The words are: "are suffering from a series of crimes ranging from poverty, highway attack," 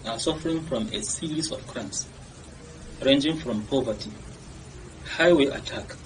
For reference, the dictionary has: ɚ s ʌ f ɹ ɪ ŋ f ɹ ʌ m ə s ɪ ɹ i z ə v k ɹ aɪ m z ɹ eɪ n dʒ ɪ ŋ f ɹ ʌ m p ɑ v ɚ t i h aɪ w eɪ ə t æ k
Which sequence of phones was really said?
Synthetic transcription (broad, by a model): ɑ s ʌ f ɹ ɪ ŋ f ɹ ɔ m ə s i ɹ i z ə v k ɹ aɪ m s ɹ eɪ n dʒ ɪ ŋ f ɹ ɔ m p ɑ v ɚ t i h aɪ w eɪ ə t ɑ k